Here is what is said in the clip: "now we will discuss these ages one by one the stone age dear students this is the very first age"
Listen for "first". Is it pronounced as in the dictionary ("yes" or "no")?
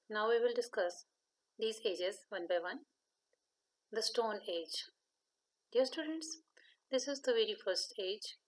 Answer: yes